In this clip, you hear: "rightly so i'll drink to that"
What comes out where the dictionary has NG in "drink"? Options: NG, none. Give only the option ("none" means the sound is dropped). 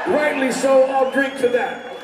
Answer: none